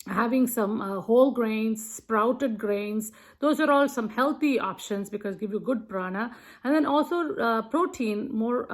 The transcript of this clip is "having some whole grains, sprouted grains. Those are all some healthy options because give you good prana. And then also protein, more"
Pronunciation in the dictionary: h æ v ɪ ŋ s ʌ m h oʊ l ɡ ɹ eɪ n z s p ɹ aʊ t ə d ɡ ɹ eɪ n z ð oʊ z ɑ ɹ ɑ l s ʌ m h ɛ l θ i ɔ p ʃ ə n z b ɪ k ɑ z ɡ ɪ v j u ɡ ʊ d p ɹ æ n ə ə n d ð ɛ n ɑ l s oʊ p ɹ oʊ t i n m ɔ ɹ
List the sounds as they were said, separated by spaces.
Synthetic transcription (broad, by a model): h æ v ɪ ŋ s ʌ m h oʊ l ɡ ɹ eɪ n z s p ɹ aʊ t ə d ɡ ɹ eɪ n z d oʊ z ɑ ɹ ɑ l s ʌ m h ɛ l t i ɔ p ʃ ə n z b ɪ k ɑ z ɡ ɪ v j u ɡ ʊ d p ɹ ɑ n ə ə n d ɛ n ɑ l s oʊ p ɹ oʊ t i n m ɔ ɹ